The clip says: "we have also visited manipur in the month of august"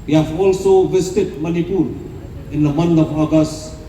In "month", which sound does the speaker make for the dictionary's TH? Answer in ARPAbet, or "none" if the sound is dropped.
T